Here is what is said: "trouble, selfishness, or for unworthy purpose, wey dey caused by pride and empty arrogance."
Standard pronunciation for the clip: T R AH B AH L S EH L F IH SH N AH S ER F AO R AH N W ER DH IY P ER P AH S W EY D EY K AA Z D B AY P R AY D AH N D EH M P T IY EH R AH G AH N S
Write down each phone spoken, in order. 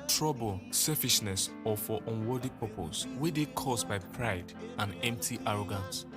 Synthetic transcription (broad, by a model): T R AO B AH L S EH F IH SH N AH S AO F AO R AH N W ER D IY P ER P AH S W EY D EY K AA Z B AY P R AY D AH N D EH M P T IY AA R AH G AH N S